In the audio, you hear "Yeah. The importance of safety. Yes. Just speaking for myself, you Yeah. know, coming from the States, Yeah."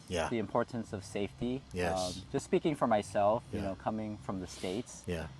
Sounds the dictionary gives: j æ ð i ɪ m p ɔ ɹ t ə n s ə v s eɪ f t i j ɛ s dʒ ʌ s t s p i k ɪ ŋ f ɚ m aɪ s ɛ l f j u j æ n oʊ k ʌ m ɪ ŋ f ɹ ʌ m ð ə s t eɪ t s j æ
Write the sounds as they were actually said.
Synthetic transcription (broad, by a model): j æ ð i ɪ m p ɔ ɹ t n s ə v s eɪ f t i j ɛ dʒ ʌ s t s p i k ɪ ŋ f ɚ m aɪ s ɛ l f j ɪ n oʊ k ʌ m ɪ ŋ f ɹ ʌ m ð ə s t eɪ t s j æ